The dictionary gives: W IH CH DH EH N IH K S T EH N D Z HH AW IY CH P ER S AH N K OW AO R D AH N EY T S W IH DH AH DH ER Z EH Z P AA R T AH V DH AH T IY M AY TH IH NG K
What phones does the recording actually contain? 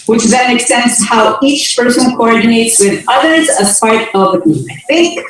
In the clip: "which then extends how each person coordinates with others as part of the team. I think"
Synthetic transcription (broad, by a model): W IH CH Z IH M IH K S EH N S HH AW IY CH P ER S AH N K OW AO R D N EY T S W IH DH AH DH ER Z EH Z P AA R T AH V DH AH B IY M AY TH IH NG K